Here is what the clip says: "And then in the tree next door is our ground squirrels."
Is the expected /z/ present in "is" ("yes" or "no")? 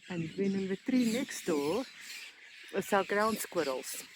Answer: no